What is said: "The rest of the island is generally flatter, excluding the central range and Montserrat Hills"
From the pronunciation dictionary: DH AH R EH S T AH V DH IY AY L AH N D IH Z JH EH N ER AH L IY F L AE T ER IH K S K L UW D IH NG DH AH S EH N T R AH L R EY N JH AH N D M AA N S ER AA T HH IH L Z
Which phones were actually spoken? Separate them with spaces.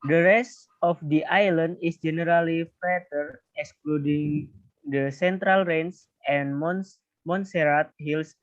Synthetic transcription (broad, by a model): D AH R EH S T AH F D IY AY L AH N D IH S JH EH N ER AH L IY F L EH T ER IH K S K L UW D IH NG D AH S EH N T R AH L R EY N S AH N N M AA N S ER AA T HH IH L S